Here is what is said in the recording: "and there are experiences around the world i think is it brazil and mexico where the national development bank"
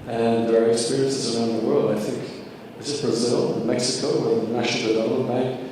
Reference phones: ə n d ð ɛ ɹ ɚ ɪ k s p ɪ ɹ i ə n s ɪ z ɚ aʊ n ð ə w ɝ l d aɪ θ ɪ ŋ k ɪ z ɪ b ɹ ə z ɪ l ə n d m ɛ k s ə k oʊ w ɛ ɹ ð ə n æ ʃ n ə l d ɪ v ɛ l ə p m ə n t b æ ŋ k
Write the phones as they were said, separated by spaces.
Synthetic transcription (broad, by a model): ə n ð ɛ ɹ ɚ ɪ k s p ɪ ɹ i ə n s ɪ z ɚ aʊ n ð ə w ɝ l d aɪ θ ɪ ŋ k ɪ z ɪ b ɹ ə z ɪ l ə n m ɛ k s ə k oʊ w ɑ ð ə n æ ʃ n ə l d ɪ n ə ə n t